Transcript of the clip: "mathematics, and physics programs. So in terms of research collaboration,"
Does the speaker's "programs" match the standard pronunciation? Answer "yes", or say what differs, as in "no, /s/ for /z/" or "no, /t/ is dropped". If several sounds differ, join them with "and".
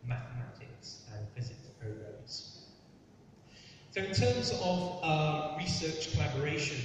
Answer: no, /m/ is dropped